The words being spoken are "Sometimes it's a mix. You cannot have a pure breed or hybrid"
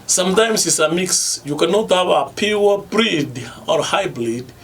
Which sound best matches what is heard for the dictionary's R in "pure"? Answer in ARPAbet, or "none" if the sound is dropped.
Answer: W